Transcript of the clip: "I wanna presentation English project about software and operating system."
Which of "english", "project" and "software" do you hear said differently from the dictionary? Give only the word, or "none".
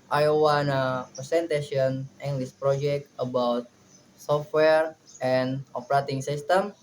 english